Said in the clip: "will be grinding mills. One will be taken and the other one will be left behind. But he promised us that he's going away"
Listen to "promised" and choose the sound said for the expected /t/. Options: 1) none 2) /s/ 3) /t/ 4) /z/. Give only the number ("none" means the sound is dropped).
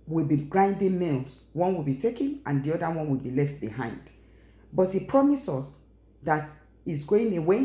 1